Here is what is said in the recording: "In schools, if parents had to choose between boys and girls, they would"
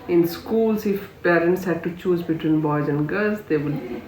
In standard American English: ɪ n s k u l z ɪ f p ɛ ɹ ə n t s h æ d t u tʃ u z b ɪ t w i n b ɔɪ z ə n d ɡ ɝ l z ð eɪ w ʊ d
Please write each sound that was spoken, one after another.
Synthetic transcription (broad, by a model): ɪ n s k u l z ɪ f p ɛ ɹ ə n t s h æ d t u tʃ u z b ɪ t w i n b ɔɪ z ə n d ɡ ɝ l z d eɪ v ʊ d